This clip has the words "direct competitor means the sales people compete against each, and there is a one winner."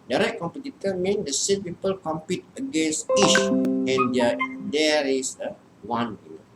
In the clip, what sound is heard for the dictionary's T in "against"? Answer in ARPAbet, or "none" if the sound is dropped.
none